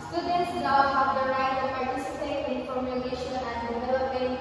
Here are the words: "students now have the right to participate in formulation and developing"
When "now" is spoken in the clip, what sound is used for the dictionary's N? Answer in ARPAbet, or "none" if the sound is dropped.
L